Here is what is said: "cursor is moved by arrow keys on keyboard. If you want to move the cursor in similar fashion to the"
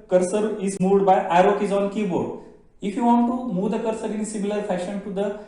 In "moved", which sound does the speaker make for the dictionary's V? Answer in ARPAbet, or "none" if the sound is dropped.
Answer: none